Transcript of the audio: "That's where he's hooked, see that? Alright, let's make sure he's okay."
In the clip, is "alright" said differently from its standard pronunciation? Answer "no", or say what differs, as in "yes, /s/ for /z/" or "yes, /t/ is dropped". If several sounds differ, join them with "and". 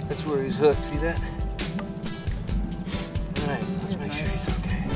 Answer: yes, /l/ is dropped